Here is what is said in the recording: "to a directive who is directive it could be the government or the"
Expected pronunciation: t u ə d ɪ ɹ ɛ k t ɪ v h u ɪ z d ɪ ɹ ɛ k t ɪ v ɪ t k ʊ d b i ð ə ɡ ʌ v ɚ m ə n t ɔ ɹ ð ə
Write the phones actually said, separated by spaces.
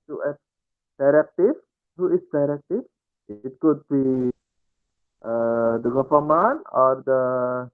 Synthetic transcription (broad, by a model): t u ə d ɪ ɹ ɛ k t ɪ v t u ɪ s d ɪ ɹ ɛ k t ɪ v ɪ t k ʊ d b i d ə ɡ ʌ f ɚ m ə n ɔ ɹ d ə